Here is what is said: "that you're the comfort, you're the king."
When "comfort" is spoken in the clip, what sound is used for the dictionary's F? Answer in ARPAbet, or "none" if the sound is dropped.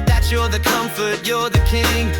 F